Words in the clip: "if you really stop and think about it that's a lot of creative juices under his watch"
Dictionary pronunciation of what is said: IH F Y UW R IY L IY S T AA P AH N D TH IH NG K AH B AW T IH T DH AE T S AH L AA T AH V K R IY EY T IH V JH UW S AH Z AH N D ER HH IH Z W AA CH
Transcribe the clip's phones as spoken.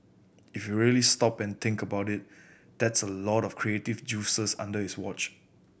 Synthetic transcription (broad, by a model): IH F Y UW R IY L IY S T AA P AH N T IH NG K AH B AW T IH T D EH T S AH L AA T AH F K R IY EY T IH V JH UW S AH S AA N D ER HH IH S W AA CH